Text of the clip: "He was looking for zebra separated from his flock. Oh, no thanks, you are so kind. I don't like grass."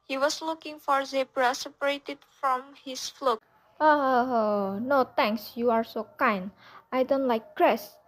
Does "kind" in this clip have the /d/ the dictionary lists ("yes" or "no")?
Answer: no